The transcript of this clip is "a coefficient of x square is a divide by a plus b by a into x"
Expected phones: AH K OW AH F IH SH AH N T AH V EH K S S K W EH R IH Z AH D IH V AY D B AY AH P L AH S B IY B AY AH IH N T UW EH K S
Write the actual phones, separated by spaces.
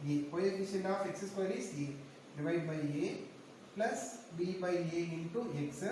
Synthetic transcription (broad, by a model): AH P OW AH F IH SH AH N AH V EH K S S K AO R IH S AH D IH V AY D B AY AH P L AH S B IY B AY AH IH N T UW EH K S